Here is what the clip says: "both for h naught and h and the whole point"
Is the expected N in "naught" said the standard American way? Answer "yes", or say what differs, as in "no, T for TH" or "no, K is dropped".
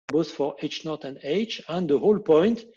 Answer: yes